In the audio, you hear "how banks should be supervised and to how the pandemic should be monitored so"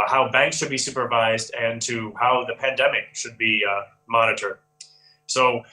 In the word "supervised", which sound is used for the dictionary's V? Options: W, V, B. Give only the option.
V